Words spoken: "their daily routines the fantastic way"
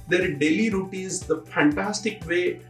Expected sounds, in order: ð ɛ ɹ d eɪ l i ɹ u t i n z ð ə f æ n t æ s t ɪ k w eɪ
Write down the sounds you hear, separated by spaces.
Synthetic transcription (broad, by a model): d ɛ ɹ d eɪ l i ɹ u t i z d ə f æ n t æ s t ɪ k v eɪ